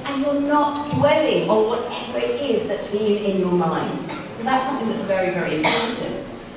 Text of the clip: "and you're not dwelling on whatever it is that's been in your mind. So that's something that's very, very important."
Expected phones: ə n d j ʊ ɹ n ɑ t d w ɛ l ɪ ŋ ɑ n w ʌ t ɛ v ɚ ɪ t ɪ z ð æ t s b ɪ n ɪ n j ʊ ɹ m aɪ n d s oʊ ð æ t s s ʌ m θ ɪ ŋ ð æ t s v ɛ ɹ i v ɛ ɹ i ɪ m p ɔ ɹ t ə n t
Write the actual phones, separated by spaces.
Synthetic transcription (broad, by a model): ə n j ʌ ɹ n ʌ t d w ɛ l ɪ ŋ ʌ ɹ w ʌ t ɛ v ɚ ɪ t ɪ z ð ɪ t s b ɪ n ɪ n j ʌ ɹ m aɪ n d s oʊ ð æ t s s ʌ m θ ɪ ŋ ð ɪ t s v ɛ ɹ i v ɛ ɹ i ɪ m p ɔ ɹ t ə n t